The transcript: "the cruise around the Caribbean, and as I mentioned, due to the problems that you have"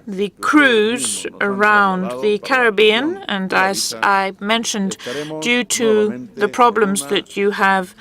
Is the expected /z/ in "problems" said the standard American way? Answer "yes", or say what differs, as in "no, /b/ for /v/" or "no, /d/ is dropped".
yes